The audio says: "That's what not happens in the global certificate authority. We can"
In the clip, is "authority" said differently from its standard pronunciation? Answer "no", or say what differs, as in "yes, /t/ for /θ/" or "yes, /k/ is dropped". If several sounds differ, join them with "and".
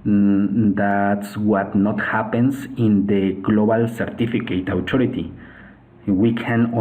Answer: yes, /t/ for /θ/